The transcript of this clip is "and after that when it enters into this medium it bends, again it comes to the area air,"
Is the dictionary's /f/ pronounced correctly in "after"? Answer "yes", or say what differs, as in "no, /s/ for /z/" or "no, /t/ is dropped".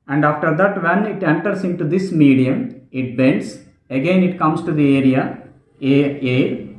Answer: yes